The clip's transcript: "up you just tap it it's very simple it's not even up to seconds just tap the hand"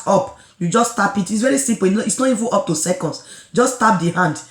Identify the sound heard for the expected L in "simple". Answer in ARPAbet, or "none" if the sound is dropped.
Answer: N